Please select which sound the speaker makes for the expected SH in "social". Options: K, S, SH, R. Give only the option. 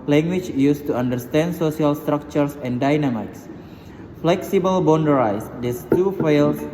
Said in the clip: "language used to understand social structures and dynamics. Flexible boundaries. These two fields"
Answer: S